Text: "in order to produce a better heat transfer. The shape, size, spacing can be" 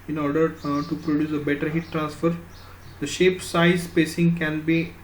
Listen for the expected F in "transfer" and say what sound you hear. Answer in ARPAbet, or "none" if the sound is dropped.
F